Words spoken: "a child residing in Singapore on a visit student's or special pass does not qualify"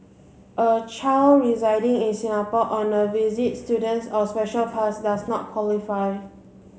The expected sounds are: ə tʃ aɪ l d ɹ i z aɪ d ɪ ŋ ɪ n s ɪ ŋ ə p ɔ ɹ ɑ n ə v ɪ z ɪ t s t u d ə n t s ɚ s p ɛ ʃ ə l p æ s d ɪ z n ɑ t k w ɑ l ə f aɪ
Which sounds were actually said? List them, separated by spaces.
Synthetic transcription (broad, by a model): ə tʃ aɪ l ɹ i z aɪ d ɪ ŋ ɪ n s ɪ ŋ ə p ɔ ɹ ɑ n ə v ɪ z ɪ t s t u d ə n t s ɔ s p ɛ ʃ ə l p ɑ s d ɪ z n ɑ t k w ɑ l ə f aɪ